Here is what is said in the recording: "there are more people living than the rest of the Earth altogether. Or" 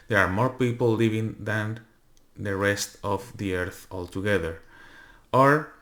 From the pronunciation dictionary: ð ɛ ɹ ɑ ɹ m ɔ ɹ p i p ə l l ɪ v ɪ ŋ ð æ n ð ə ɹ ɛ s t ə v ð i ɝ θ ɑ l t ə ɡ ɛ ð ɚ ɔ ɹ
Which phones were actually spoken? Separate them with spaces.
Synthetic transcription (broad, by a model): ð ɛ ɹ ɑ ɹ m ɔ ɹ p i p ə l l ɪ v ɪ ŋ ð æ n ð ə ɹ ɛ s t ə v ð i ɝ θ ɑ l t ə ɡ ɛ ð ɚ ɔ ɹ